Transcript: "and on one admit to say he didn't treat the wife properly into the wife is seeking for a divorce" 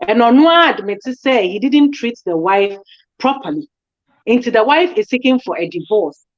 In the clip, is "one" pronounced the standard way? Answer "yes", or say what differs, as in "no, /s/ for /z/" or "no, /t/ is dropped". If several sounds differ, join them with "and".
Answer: no, /n/ is dropped